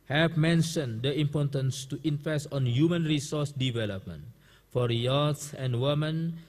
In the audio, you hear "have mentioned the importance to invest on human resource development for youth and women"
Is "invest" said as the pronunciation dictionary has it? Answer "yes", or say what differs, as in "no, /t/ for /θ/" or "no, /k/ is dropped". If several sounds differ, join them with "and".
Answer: no, /f/ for /v/